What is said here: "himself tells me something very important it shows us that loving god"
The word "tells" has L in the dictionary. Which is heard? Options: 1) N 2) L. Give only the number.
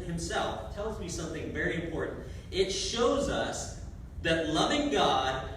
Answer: 2